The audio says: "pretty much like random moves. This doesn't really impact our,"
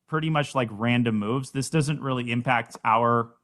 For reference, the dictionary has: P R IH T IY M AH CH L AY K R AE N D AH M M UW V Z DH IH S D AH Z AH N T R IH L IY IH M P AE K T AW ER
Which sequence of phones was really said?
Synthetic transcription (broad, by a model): P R IH T IY M AH CH L AY K R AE N D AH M M UW V Z DH IH S D AH Z AH N T R IH L IY IH M P AE K T AW ER